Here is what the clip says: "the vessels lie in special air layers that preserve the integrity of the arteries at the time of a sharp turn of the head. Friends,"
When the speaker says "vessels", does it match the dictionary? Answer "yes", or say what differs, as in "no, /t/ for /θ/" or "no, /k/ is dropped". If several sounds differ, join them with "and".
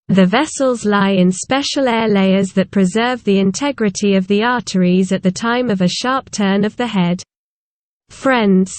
yes